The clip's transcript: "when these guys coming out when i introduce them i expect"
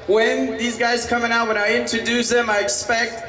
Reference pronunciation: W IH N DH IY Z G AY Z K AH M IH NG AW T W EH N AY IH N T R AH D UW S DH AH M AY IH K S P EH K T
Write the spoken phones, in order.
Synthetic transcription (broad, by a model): W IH N DH IY Z G AY Z K AH M IH NG AW T W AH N AY IH N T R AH D UW S DH AH M AY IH K S P EH K T